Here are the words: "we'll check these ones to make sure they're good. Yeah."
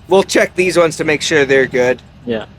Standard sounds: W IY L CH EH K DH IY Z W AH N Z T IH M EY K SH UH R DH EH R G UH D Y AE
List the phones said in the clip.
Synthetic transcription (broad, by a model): W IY L CH EH K DH IY Z W AH N Z T IH M EY K SH UH R DH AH R G UH D Y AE